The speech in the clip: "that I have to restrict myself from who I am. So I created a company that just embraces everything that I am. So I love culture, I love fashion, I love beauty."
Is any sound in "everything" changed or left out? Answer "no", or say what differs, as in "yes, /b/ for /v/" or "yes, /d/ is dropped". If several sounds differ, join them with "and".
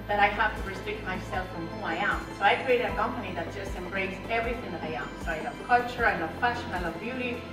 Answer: no